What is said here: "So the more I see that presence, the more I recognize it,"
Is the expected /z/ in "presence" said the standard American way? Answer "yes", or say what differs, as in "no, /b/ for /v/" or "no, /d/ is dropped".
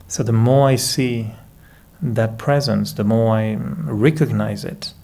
yes